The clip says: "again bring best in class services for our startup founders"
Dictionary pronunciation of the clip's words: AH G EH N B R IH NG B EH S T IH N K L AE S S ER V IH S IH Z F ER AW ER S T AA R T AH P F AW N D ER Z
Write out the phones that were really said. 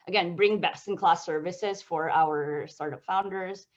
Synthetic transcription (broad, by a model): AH G EH N B R IH NG B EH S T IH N K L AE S S ER V IH S IH Z F ER AW ER S T AA R T AH P F AW N D ER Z